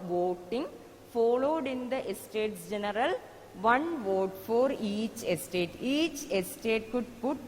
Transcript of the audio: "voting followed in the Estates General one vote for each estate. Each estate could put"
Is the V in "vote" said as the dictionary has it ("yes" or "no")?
yes